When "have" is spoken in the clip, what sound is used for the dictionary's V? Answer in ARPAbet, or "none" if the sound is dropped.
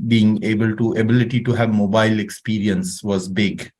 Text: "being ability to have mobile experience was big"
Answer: V